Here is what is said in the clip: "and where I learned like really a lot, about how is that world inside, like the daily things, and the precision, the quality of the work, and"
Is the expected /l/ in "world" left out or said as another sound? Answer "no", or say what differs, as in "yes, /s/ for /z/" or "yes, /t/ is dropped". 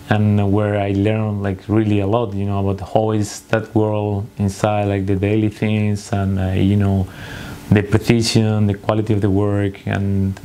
no